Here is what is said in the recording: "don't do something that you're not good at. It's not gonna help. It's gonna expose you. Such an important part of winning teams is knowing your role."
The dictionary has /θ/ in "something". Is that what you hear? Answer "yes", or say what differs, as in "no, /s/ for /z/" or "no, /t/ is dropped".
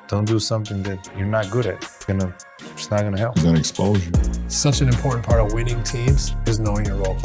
yes